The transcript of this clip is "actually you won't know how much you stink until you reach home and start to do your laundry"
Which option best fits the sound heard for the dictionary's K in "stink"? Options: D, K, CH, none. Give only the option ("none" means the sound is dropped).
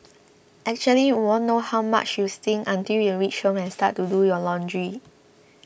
none